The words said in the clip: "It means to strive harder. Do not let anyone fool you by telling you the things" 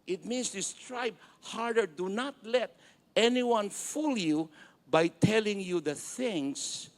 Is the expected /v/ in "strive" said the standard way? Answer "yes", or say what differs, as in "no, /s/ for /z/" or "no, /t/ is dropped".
no, /b/ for /v/